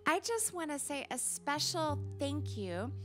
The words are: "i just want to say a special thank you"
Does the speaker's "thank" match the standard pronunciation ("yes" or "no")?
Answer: yes